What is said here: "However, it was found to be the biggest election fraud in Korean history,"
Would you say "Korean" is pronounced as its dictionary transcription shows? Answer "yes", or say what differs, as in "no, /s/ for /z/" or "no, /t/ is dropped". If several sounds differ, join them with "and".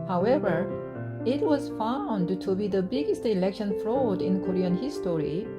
yes